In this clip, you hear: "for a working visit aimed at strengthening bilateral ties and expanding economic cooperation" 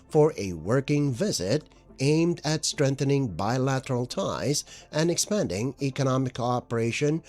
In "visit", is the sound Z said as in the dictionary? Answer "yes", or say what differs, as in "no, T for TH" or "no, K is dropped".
yes